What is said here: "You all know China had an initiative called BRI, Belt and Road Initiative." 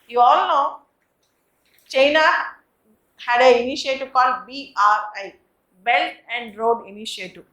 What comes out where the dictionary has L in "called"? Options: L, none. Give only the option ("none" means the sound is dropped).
none